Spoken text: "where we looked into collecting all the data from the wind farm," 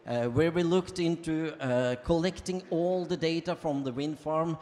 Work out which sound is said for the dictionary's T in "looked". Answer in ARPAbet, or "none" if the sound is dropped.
T